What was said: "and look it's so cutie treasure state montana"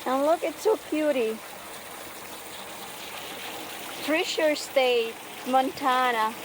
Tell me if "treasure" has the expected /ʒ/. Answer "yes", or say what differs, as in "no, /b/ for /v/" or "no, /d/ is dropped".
no, /ʃ/ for /ʒ/